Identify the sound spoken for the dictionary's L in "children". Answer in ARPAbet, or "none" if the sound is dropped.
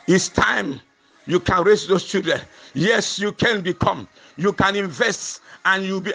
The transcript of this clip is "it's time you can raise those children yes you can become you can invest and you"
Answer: none